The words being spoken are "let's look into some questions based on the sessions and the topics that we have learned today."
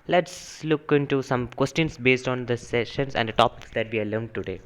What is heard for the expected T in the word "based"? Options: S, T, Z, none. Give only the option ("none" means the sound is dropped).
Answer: T